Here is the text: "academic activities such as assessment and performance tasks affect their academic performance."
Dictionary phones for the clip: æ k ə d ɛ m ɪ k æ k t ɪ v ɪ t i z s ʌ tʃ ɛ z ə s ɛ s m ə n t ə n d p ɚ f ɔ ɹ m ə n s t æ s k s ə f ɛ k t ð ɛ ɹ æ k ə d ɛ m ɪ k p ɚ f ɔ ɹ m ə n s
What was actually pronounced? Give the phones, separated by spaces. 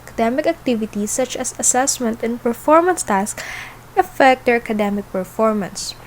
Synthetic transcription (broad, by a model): k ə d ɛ m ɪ k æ k t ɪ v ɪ t i s ʌ tʃ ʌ s ə s ɛ s m ə n t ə n p ɚ f ɔ ɹ m ə n s t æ s k ə f ɛ k t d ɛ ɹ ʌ k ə d ɛ m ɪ k p ɚ f ɔ ɹ m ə n s